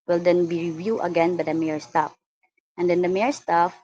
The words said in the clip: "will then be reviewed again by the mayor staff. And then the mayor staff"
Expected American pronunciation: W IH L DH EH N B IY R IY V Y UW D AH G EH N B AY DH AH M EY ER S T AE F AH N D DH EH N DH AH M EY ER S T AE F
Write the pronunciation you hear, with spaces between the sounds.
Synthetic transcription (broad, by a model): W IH L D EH N B IY R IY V Y UW AH G EH N B AY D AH M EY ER S T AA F AH N D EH N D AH M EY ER S T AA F